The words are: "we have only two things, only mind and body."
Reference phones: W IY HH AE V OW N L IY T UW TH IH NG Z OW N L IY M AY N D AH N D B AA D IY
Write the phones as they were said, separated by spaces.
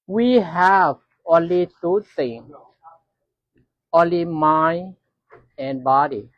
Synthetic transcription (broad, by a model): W IY HH AE V OW N L IY T UW T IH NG OW N L IY M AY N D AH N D B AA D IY